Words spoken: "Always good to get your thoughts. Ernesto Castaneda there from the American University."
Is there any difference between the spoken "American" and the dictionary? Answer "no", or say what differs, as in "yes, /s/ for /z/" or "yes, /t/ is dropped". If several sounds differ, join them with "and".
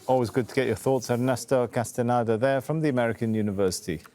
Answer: no